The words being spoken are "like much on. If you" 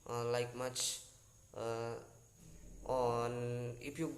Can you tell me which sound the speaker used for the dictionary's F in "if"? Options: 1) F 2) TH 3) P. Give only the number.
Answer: 3